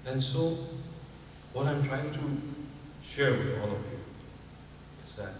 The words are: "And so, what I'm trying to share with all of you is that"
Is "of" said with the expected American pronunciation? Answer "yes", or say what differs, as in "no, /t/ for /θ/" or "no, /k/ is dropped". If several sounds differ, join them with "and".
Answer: yes